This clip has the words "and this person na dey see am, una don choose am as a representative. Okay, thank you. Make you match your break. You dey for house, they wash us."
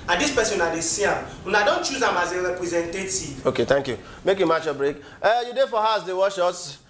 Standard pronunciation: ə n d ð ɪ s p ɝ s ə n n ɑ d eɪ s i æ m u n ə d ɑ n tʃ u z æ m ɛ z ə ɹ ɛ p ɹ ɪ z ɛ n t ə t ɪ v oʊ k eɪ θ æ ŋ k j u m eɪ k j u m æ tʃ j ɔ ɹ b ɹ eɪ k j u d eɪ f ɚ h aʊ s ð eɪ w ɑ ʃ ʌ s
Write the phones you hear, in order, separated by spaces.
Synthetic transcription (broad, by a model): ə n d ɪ s p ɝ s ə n n ɑ d eɪ s i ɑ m u n ə d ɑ n tʃ u z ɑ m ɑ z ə ɹ ɛ p ɹ ɪ z ɛ n t ə t ɪ v oʊ k eɪ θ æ ŋ k j u m eɪ k j u m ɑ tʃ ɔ b ɹ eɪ k j u d eɪ f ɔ h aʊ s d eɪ w ɑ ʃ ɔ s